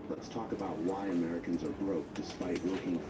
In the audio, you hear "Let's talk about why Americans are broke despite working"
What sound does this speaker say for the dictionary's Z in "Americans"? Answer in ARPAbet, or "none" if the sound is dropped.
Z